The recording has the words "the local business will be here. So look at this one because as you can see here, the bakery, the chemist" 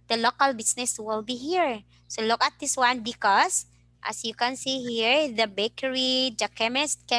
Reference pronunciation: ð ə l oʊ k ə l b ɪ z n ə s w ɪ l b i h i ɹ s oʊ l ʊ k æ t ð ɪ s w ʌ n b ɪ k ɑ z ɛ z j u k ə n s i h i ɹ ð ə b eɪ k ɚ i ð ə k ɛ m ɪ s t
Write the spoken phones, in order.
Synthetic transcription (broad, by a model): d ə l oʊ k ə l b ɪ s n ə s w ɪ l b i h i ɹ s oʊ l ʊ k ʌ t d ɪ s w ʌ n b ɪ k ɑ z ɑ s j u k ə n s i h i ɹ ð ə b eɪ k ɚ i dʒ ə k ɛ m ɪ s t